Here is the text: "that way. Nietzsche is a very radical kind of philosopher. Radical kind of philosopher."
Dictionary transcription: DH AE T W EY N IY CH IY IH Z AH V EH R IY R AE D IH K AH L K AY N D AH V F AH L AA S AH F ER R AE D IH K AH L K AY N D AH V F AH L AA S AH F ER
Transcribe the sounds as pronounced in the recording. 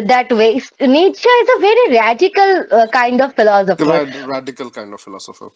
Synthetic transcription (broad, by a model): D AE T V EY N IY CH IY IH Z AH V EH R IY R AE D IH K AH L K AY N D AH V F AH L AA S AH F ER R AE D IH K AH L K AY N D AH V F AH L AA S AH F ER